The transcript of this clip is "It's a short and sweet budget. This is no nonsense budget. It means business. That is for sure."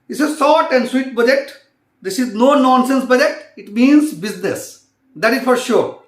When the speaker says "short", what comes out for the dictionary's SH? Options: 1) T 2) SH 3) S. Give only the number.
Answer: 3